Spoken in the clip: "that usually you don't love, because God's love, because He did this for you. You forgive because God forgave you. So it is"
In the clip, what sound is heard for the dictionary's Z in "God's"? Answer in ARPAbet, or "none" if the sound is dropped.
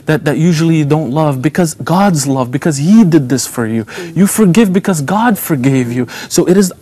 Z